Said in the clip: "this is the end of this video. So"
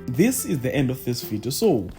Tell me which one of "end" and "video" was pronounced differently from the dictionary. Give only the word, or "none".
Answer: video